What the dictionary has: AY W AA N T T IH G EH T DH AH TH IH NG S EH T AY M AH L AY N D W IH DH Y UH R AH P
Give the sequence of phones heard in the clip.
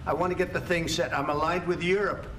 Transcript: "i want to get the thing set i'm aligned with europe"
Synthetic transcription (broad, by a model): AY W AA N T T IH G EH T DH AH TH IH NG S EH T AY M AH L AY N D W IH DH Y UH R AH P